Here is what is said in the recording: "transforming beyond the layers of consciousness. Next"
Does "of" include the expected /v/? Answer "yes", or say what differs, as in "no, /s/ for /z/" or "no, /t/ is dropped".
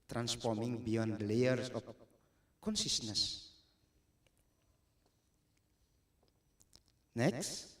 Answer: no, /p/ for /v/